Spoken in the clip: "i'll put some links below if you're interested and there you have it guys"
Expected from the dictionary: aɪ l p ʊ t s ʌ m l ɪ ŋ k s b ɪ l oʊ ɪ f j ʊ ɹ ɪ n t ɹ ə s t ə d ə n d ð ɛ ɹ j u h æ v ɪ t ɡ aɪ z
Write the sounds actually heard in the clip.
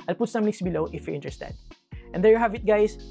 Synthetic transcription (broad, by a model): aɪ l p ʊ t s ʌ m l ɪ k s b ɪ l oʊ ɪ f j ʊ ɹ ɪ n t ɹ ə s t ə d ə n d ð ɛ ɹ j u h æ v ɪ t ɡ aɪ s